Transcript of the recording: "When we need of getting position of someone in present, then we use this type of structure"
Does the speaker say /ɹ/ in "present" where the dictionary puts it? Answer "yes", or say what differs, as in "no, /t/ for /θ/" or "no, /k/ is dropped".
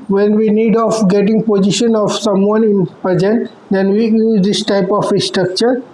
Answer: no, /ɹ/ is dropped